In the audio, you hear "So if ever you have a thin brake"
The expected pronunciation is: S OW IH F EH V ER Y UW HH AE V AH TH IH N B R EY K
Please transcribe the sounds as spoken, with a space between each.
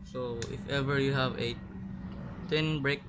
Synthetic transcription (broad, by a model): S OW IH F EH V ER Y UW HH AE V AH T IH N B R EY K